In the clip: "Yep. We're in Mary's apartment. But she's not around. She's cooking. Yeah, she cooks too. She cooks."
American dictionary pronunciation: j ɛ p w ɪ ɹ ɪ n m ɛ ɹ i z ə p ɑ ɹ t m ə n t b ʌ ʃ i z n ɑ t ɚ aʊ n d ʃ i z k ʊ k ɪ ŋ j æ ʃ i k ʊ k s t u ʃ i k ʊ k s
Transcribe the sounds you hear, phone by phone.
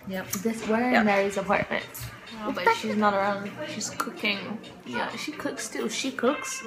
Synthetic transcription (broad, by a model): j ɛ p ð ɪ w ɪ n m ɛ ɹ i z ə p ɑ ɹ t m ə n t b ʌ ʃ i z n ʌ t ɚ aʊ n d ʃ i z k ʊ k ɪ ŋ j æ ʃ i k ʊ k s t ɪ ʃ i k ʊ k s